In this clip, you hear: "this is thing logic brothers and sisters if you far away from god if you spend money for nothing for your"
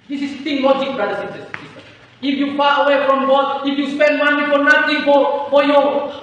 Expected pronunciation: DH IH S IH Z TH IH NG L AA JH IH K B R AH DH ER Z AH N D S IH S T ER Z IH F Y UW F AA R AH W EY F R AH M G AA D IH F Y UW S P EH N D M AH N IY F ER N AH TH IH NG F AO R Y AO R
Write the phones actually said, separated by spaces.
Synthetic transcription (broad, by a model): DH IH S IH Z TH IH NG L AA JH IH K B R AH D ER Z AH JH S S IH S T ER IH F Y UW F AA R AH W EY F R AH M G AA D IH F Y UW S P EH N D M AH N IY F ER N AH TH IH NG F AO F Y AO